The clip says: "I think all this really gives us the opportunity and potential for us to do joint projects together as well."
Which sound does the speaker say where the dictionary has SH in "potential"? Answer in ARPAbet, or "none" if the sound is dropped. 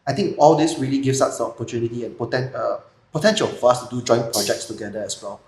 SH